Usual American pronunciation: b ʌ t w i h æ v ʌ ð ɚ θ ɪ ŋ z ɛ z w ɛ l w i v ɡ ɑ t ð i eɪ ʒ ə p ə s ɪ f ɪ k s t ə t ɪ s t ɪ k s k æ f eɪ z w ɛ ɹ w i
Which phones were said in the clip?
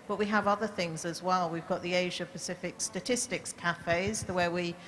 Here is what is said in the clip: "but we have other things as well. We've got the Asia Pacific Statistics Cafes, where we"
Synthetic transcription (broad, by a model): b ʌ t w i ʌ v ʌ ð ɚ θ ɪ ŋ z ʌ z w ɛ l w i v ɡ ɑ t ð i eɪ ʒ ə p ə s ɪ f ɪ k s t ə t ɪ s t ɪ k s k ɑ f eɪ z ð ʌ w w i